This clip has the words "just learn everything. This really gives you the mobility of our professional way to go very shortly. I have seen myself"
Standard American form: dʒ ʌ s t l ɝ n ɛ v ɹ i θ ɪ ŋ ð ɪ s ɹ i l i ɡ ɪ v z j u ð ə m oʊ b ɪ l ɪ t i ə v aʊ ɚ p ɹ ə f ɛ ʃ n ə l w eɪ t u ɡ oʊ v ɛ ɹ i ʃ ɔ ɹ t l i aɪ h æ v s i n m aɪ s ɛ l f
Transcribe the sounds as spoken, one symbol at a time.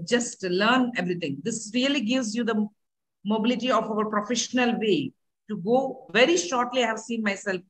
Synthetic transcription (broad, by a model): dʒ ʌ s t l ɝ n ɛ v ɹ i t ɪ ŋ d ɪ s ɹ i l i ɡ ɪ v z j u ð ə m oʊ b ɪ l ɪ t i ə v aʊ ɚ p ɹ ə f ɛ ʃ n ə l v eɪ t u ɡ oʊ v ɛ ɹ i ʃ ɔ ɹ t l i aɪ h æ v s i n m aɪ s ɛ l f